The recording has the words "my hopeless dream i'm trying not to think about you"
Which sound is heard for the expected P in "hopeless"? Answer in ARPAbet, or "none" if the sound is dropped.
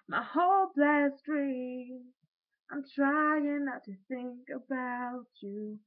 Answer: B